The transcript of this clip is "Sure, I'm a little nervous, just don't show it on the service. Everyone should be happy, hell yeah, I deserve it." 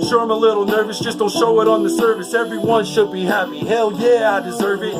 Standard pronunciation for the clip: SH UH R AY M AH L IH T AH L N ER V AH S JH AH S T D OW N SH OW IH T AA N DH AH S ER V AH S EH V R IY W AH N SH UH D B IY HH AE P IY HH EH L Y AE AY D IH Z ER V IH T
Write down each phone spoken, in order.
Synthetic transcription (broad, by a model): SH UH R AY M AH L IH T L N ER V AH S JH AH S T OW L SH OW IH T N DH AH S ER V AH S EH V R IY W AH N SH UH D B IY HH AE P IY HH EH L Y AE AY D IH Z ER V IH T